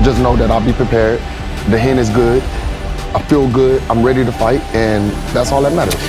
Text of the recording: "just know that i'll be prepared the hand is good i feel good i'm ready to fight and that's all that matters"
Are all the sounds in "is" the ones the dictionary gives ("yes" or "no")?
yes